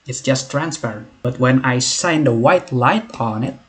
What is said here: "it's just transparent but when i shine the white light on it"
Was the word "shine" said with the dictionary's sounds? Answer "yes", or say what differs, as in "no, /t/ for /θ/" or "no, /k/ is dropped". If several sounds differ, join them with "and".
no, /s/ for /ʃ/